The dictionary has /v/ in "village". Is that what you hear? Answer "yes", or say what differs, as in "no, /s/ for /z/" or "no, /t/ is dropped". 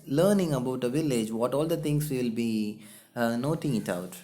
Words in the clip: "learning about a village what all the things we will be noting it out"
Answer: yes